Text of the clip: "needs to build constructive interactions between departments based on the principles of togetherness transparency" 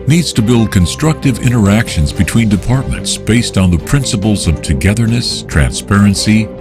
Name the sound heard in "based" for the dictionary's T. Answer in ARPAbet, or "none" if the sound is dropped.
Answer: T